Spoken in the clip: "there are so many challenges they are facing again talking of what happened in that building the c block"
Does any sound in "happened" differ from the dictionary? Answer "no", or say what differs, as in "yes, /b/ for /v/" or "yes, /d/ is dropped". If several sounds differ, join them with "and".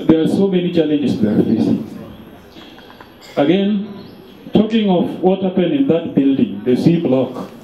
yes, /d/ is dropped